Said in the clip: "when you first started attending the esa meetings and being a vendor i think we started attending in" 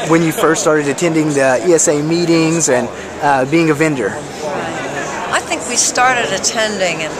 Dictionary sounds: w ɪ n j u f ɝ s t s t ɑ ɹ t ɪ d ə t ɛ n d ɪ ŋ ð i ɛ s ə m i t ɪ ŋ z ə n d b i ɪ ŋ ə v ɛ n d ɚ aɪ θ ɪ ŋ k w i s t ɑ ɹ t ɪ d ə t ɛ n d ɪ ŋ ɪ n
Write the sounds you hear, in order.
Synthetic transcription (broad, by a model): w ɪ n j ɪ f ɝ s t s t ɑ ɹ t ɪ d ə t ɛ n d ɪ ŋ ð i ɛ s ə m i t ɪ ŋ z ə n b i ɪ ŋ ə v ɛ n d ɚ aɪ θ ɪ ŋ k w i s t ɑ ɹ t ɪ d ə t ɛ n d ɪ ŋ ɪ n